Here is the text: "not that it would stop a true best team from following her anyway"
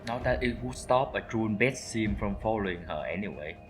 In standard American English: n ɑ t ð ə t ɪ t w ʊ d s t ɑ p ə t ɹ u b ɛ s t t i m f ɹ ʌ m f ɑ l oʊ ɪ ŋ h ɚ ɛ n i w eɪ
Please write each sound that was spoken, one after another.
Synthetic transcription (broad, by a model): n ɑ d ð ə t ɪ t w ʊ s t ɑ p ə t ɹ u b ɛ t s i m f ɹ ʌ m f ɑ l oʊ ɪ ŋ h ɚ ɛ n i w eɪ